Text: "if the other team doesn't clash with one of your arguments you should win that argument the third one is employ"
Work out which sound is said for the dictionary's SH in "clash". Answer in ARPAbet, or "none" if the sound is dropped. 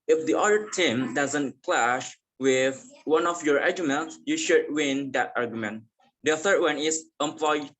SH